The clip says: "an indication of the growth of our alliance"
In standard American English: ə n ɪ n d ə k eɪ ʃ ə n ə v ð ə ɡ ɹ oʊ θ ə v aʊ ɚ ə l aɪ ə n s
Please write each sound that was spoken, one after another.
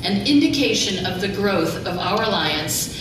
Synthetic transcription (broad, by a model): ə n ɪ n d ə k eɪ ʃ ə n ə v ð ə ɡ ɹ oʊ θ ə v aʊ ɚ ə l aɪ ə n s